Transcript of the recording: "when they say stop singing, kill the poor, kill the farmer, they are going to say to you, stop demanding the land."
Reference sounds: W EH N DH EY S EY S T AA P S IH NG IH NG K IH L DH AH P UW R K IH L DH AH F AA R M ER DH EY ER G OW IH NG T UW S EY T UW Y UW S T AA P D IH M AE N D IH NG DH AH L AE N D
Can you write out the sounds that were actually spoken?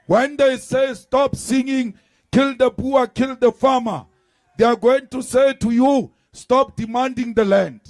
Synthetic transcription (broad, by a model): W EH N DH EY S EY S T AA P S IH NG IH NG K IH L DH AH B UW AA K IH L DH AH F AA M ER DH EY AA G OW IH NG T UW S EY T UW Y UW S T AA P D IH M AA N D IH NG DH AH L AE N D